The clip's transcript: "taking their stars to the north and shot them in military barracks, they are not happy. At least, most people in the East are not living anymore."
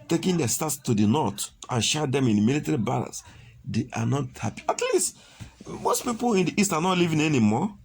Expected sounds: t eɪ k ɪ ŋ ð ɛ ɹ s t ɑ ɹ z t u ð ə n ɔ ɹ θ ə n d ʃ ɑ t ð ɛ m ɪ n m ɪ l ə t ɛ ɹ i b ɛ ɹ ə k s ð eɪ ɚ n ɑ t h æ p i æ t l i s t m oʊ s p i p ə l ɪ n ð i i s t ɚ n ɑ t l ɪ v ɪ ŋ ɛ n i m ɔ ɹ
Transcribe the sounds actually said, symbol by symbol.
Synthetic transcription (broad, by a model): t eɪ k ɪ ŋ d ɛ s t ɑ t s t u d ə n ɔ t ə n ʃ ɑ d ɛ m ɪ n m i l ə t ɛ ɹ i b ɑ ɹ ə s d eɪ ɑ n ɑ t h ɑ p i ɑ t l i s t m oʊ s p i p ə l ɪ n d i i s t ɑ n ɑ t l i v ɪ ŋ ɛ n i m ɔ